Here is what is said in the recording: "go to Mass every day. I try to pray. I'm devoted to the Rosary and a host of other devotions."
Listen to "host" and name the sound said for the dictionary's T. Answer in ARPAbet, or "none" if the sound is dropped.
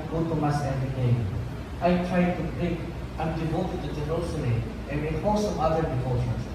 none